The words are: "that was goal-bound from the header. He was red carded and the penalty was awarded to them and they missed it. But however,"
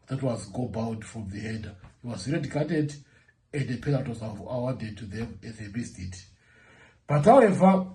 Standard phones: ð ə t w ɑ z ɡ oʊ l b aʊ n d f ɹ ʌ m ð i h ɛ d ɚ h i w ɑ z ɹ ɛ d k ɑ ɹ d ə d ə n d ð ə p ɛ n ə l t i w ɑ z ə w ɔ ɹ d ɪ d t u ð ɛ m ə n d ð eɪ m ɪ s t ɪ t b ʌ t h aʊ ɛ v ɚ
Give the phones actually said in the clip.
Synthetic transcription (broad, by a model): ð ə t w ɑ z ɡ oʊ b aʊ n d f ɹ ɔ m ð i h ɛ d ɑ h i w ɑ z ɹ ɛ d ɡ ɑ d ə d ə n d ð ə p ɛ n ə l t w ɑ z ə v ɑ w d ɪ d t u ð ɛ m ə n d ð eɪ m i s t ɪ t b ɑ t h aʊ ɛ v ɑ